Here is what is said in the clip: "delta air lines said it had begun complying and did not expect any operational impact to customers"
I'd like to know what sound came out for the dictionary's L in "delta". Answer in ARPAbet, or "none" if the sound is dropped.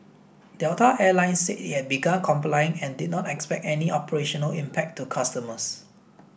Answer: none